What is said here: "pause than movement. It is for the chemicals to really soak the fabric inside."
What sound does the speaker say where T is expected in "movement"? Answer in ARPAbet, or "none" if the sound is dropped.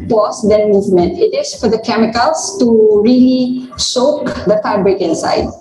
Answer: T